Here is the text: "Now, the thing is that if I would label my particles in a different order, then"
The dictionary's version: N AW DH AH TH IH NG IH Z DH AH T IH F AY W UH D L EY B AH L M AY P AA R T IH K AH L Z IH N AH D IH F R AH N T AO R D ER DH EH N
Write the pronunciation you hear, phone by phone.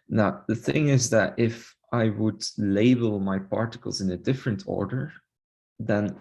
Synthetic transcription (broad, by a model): N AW DH AH TH IH NG IH Z DH AH T IH F AY W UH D L EY B AH L M AY P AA R T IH K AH L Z IH N AH D IH F R AH N T AO R D ER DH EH N